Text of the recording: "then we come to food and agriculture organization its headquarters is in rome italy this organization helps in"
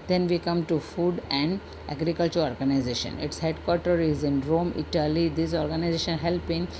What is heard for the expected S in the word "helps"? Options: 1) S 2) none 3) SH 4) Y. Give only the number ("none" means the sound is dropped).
2